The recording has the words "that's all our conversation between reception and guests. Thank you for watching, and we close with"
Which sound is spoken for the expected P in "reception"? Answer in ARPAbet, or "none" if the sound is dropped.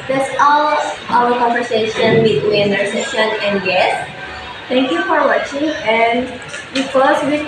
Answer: none